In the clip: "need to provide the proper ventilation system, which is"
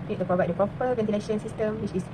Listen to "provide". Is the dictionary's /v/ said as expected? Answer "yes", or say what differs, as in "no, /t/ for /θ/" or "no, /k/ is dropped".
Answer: yes